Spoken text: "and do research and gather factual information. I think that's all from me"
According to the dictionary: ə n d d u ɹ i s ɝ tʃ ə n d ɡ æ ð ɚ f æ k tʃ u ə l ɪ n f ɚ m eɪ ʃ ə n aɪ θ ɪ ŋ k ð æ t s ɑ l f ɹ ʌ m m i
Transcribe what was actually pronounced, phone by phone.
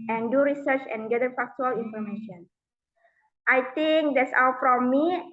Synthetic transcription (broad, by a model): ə n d d u ɹ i s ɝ tʃ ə n ɡ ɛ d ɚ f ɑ k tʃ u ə l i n f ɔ m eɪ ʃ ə n aɪ t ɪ ŋ k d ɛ t s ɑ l f ɹ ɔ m m i